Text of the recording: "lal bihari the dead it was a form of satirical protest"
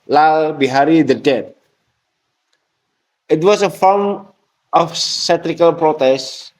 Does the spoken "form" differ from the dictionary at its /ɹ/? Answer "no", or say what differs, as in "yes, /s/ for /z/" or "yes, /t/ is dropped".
yes, /l/ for /ɹ/